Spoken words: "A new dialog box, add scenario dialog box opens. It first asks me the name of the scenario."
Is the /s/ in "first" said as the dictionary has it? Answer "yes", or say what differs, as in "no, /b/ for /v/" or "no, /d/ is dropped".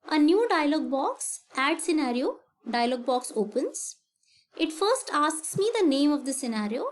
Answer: yes